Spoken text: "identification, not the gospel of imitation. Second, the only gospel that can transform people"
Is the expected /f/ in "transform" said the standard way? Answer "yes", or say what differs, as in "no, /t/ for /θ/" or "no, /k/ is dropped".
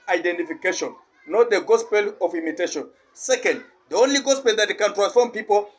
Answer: yes